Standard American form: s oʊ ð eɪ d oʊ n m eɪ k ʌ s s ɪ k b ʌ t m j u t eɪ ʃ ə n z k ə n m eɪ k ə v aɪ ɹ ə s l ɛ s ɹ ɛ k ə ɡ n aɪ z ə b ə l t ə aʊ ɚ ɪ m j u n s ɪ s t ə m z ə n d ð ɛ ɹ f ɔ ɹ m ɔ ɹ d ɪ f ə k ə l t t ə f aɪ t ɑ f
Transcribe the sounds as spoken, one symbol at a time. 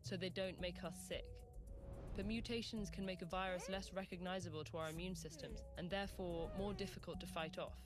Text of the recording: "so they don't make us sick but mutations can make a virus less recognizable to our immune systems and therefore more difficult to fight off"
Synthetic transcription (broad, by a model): s oʊ ð eɪ d oʊ n m eɪ k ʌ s s ɪ k b ʌ t m j u t eɪ ʃ ə n z k ə n m eɪ k ə v aɪ ɹ ə s l ɛ s ɹ ɛ k ə ɡ n aɪ z ə b ə l t ə aʊ ɚ ɪ m j u n s ɪ s t ə m z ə n ð ɛ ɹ f ɔ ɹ m ɔ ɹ d ɪ f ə k ə l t t ə f aɪ t ɑ f